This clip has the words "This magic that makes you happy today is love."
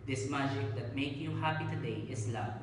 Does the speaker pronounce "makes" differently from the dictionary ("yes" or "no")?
yes